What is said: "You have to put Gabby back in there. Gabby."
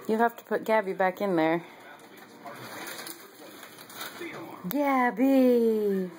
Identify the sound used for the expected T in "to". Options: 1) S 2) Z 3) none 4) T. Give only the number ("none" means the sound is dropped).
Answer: 4